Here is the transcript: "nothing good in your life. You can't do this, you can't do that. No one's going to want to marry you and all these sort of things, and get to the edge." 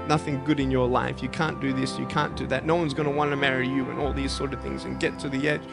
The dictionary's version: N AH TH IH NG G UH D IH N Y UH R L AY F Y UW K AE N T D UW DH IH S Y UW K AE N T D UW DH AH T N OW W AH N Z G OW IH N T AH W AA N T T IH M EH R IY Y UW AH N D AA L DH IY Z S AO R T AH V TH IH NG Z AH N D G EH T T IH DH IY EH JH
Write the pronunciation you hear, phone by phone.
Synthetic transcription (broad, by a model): N AH TH IH NG G UH D IH N Y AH R L AY F Y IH K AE N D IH DH IH S Y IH K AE N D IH DH AH T N OW W AH N Z G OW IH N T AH W AA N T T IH M EH R IY Y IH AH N AA L DH IY Z S AO R T AH V TH IH NG Z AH N G EH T T IH DH IY EH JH